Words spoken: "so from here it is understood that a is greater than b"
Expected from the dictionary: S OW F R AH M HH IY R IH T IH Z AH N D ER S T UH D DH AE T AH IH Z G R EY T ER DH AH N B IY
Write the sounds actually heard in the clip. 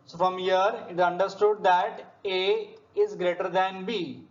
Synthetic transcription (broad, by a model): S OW F R AH M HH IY R IH T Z AH N D ER S T UH D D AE T AH IH Z G R EY T ER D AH N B IY